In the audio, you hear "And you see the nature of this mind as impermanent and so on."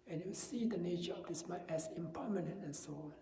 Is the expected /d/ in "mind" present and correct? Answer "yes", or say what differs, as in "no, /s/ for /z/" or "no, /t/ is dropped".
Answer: no, /d/ is dropped